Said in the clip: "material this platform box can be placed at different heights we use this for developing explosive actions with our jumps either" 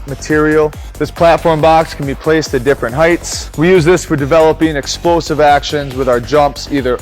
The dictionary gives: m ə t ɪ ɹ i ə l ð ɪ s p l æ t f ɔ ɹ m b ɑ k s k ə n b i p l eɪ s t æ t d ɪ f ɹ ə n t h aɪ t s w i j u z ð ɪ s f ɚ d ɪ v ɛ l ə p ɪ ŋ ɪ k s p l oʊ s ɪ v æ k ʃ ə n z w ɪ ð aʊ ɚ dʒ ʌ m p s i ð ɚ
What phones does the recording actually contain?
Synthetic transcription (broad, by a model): m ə t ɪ ɹ i l ð ɪ s p l æ t f ɔ ɹ m b ɑ k s k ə n b i p l eɪ s t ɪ d ɪ f ɹ ə n t h aɪ t s w i j u z ð ɪ s f ɚ d ɪ v ɛ l ə p ɪ ŋ ɪ k s p l oʊ s ɪ v æ k ʃ ə n z w ɪ ð aʊ ɚ dʒ ʌ m p s i ð ɚ